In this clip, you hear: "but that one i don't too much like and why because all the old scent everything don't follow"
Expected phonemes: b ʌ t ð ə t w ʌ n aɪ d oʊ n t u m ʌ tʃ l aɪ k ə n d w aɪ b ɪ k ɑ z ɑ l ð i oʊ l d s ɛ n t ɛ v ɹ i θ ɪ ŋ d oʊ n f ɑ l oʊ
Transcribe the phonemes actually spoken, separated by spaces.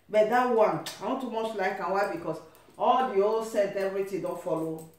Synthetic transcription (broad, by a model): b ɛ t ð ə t w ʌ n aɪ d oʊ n t u m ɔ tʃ l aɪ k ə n w aɪ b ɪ k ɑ s ɑ l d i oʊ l s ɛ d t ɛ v ɹ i t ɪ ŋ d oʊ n f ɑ l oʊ